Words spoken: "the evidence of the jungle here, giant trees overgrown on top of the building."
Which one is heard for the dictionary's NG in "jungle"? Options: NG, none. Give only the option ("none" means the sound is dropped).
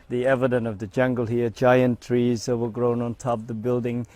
NG